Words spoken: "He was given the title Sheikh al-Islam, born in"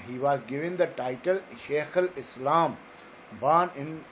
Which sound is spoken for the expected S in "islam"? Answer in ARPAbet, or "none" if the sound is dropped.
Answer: S